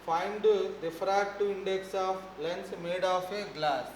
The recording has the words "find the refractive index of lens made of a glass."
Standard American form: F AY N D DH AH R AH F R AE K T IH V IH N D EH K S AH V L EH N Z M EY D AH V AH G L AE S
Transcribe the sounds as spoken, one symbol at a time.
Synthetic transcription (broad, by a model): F AY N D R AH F R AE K T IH IH N D EH K S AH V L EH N S M EY D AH F AH G L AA S